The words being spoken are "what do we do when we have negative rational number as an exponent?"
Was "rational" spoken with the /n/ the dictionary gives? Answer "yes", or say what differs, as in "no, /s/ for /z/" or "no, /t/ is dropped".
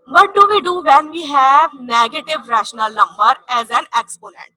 yes